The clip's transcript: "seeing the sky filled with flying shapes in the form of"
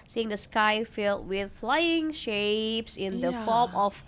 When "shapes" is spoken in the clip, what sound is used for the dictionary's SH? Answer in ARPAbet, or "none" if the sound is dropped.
SH